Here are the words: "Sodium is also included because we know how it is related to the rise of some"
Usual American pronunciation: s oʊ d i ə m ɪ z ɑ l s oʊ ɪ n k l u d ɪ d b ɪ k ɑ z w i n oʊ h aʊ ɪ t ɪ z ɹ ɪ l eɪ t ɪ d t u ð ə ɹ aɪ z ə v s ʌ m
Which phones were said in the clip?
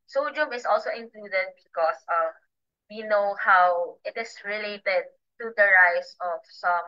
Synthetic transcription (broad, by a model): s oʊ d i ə m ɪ s ɑ l s oʊ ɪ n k l u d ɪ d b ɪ k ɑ s w i n oʊ h aʊ ɪ t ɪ s ɹ ɪ l eɪ t ɪ d t u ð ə ɹ aɪ s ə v s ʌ m